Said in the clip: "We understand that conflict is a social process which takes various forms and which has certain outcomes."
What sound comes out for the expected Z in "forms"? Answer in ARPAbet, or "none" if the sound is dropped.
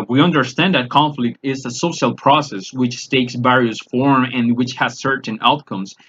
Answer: none